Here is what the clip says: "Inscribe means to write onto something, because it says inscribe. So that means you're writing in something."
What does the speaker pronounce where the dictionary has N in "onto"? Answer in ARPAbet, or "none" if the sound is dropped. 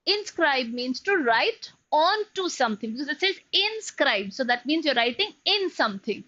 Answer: N